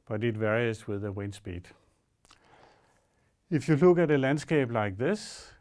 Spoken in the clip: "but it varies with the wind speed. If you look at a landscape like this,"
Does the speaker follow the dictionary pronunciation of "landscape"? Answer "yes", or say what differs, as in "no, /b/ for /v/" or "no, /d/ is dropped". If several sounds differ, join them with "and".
no, /b/ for /p/